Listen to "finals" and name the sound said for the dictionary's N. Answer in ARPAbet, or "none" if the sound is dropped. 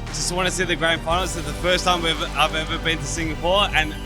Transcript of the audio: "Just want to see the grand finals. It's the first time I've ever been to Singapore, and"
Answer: none